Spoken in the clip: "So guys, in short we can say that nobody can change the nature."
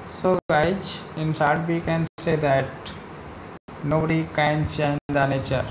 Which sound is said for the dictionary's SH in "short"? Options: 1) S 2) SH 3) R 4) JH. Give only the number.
1